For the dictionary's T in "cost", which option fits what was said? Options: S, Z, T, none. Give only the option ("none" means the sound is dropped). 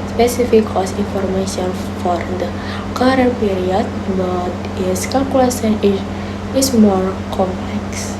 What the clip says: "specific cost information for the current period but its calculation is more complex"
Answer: none